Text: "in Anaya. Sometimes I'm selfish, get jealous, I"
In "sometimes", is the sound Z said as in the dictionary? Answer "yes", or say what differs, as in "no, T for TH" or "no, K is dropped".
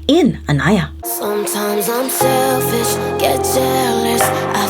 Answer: yes